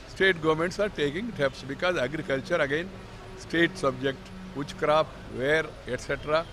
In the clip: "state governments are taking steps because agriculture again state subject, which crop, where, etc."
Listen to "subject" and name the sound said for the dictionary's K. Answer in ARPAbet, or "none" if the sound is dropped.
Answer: K